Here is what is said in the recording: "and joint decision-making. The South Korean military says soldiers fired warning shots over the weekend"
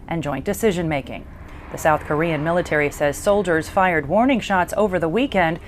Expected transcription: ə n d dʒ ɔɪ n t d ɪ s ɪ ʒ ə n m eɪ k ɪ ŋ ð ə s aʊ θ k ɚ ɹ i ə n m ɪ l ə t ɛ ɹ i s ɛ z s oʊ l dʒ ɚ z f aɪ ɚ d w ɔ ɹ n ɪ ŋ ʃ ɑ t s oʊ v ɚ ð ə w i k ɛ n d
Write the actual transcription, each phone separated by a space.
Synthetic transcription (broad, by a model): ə n dʒ ɔɪ n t d ɪ s ɪ ʒ ə n m eɪ k ɪ ŋ ð ə s aʊ θ k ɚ ɹ i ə n m ɪ l ə t ɛ ɹ i s ɛ z s oʊ l dʒ ɚ z f aɪ ɚ d w ɔ ɹ n ɪ ŋ ʃ ɑ t s oʊ v ɚ ð ə w i k ɛ n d